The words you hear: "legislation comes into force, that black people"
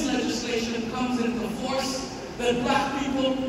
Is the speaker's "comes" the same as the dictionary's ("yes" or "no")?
yes